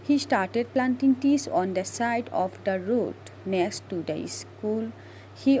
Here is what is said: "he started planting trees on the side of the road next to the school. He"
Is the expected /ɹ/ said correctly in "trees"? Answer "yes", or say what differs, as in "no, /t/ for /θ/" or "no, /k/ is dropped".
no, /ɹ/ is dropped